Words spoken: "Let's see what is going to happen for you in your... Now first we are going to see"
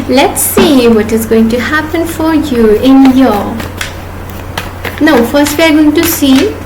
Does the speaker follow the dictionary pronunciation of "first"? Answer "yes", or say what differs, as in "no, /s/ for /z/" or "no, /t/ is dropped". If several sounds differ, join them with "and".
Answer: yes